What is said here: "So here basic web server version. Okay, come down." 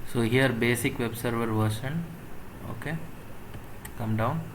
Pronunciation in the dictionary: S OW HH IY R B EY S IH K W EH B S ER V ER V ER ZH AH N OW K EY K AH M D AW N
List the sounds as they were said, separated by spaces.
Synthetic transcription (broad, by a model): S OW HH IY R B EY S IH K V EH B S ER V ER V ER SH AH N OW K EY K AH M D AW N